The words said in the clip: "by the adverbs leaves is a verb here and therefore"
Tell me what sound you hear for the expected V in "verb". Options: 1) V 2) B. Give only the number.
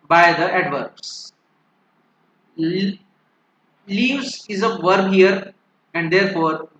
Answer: 1